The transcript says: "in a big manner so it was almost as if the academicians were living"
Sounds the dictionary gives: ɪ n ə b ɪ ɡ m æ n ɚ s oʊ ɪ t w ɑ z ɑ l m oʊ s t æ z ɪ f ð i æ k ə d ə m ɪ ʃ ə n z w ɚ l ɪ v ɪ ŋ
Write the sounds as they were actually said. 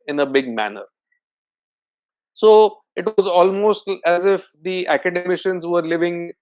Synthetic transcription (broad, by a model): ɪ n ə b ɪ ɡ m æ n ɚ s oʊ ɪ t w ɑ z ɑ l m oʊ s t æ z ɪ f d i æ k ə d ə m ɪ ʃ ə n z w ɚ l ɪ v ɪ ŋ